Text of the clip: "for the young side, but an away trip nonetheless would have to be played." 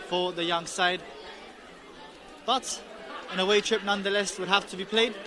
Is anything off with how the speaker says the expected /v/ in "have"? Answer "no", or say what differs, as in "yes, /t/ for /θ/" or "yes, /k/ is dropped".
yes, /f/ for /v/